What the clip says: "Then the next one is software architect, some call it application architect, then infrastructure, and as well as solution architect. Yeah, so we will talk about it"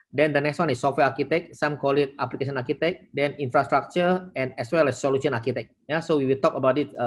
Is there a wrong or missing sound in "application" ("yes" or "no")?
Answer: yes